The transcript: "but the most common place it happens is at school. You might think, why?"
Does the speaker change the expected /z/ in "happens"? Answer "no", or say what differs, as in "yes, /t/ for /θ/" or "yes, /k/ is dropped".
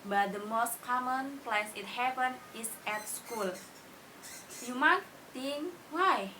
yes, /z/ is dropped